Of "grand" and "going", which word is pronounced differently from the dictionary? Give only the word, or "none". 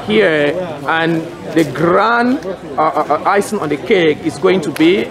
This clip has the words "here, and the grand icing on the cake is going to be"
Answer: grand